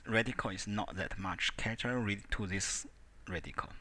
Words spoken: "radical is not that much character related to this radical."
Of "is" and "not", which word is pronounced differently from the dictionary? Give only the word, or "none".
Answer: is